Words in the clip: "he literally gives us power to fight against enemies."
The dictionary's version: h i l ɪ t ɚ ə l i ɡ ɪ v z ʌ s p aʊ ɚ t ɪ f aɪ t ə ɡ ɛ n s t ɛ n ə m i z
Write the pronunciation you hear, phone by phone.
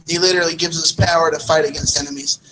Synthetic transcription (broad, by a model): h i l ɪ t ɚ l i ɡ ɪ v z ʌ s p aʊ ɚ t ɪ f aɪ t ə ɡ ɛ n s t ɛ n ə m i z